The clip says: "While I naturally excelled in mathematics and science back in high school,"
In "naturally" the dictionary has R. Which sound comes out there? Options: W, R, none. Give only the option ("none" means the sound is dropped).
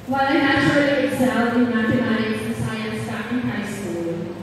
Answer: none